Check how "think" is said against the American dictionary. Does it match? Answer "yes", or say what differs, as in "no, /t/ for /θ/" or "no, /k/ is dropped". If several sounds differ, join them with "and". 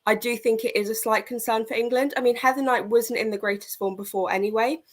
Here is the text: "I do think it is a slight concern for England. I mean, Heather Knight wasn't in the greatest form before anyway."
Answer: yes